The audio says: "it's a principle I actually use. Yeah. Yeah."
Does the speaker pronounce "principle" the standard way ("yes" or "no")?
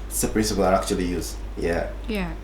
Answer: no